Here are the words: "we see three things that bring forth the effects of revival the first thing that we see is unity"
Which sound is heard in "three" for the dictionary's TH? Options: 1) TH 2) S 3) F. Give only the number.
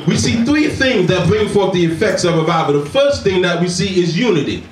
1